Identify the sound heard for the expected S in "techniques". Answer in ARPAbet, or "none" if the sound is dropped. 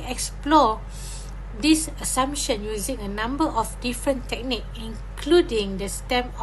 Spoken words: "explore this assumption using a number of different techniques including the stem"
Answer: none